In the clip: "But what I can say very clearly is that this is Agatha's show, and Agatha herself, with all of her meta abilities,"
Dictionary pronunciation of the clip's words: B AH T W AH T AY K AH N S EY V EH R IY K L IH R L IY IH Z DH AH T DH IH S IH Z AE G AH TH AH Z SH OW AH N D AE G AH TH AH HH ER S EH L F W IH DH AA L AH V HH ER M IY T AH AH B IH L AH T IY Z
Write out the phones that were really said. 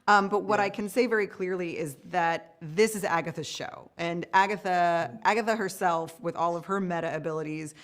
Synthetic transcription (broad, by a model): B AH T W AH T AY K AH N S EY V EH R IY K L IH R L IY IH Z DH AH T DH IH S IH Z AE G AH TH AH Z SH OW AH N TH AE G AH TH AH HH ER S EH L F W IH DH AA L AH V ER M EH T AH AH B IH L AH T IY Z